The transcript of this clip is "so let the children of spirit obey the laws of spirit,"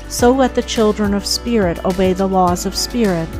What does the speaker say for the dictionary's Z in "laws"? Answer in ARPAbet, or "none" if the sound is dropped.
Z